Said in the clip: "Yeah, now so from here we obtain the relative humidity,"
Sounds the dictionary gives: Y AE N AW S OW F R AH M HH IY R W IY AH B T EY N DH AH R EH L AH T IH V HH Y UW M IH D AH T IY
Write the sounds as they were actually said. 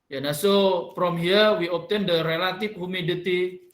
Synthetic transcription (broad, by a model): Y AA N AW S OW P R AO M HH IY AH W IY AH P T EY N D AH R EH L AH T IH F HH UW M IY D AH T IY